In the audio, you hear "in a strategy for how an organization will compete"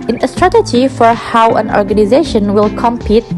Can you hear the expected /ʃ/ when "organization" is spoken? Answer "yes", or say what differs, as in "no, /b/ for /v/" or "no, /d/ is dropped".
yes